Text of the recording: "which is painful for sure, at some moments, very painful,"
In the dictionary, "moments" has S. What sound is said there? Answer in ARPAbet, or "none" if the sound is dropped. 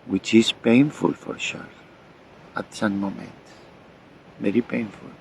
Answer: none